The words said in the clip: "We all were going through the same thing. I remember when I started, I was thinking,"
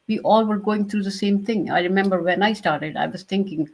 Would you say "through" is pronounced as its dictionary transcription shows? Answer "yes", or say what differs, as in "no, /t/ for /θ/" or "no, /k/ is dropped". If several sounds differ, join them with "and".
no, /t/ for /θ/